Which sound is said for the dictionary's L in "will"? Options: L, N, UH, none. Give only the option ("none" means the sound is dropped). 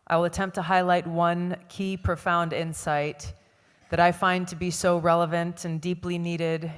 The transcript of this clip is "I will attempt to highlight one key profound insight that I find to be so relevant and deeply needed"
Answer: L